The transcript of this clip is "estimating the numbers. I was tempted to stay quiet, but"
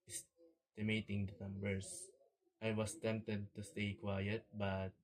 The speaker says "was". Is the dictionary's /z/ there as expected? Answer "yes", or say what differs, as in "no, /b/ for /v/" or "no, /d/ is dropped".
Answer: no, /s/ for /z/